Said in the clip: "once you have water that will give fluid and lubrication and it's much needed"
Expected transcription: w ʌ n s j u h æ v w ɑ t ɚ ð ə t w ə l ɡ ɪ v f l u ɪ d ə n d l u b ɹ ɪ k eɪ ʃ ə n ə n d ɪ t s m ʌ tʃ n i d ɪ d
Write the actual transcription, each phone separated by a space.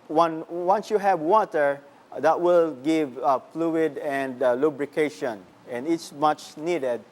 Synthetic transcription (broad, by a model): w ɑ n s j u h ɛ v w ɑ t ɚ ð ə t w ə l ɡ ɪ v f l u ɪ d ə n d l u b ɹ ɪ k eɪ ʃ ə n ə n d ɪ t s m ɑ tʃ n i d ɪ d